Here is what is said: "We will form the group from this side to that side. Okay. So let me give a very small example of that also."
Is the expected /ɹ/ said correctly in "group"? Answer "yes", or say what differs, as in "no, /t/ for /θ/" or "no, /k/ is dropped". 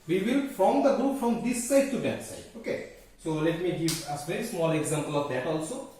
yes